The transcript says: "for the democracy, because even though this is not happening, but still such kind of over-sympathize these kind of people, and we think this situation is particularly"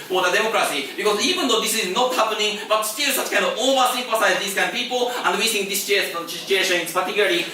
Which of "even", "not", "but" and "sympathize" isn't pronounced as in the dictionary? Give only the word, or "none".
sympathize